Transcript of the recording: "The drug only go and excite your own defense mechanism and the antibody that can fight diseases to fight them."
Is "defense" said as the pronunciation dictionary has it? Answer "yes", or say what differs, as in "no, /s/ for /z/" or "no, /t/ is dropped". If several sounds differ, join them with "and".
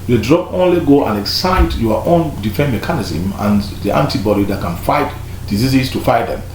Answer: no, /s/ is dropped